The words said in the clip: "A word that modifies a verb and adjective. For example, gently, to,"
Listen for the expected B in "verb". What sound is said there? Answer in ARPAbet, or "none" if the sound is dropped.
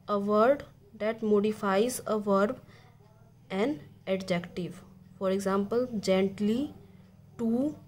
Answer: B